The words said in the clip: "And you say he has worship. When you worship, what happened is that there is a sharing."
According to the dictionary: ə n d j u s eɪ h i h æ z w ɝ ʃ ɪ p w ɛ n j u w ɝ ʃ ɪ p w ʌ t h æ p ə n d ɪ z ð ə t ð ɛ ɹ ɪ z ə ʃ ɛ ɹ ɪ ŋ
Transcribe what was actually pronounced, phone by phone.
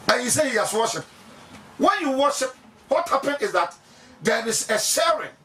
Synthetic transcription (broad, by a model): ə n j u s eɪ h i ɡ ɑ s w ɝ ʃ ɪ p w ɛ n j u w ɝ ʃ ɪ p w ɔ t h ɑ p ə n ɪ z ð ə t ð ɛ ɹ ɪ s ə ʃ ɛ ɹ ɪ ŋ